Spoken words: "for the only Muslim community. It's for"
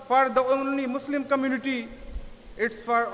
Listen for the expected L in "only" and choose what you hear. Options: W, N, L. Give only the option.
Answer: N